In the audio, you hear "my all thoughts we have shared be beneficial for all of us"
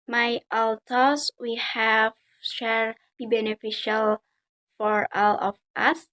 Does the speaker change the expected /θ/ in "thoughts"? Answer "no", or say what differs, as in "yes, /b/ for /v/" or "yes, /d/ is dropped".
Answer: yes, /t/ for /θ/